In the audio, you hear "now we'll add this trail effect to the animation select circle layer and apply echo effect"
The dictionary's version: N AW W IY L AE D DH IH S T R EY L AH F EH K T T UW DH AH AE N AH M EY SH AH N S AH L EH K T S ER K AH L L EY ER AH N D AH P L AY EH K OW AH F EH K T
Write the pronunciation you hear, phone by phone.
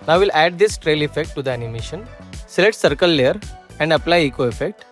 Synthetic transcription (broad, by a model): N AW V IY L AE D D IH S T R EY L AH F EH K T T UW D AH AE N AH M EY SH AH N S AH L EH T S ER K AH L L EY ER AH N D AH P L AY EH K OW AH F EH K T